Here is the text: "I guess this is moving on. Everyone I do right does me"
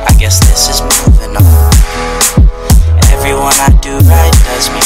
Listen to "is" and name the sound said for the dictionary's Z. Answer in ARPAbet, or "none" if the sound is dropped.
Z